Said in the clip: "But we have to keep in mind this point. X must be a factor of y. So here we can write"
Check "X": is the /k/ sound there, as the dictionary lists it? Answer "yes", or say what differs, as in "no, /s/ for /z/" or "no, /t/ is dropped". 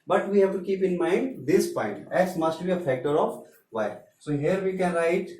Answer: no, /k/ is dropped